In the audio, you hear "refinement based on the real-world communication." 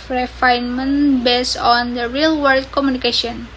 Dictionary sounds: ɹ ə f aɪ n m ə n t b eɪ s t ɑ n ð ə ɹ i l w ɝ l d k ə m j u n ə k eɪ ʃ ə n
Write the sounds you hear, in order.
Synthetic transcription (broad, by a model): ɹ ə f aɪ n m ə n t b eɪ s ɑ n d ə ɹ i l w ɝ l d k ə m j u n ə k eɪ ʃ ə n